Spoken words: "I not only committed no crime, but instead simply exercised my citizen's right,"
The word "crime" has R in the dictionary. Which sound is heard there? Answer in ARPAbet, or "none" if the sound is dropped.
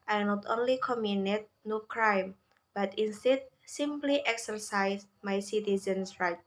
R